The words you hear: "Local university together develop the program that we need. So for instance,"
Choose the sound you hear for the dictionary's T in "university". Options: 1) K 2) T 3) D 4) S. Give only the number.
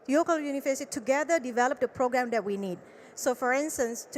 4